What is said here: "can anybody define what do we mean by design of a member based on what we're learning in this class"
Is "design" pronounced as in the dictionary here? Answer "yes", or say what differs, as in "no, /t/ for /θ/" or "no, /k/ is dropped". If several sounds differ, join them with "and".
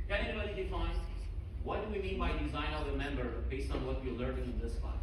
yes